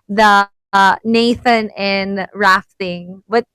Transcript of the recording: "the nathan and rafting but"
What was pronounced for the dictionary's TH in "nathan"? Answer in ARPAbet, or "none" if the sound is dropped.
TH